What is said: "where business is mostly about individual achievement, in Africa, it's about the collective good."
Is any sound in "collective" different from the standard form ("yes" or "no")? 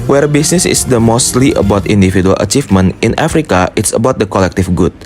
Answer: yes